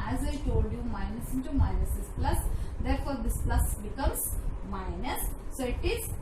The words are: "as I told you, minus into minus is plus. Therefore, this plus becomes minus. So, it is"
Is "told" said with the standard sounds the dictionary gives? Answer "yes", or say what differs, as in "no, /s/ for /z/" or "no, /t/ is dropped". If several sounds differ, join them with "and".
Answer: yes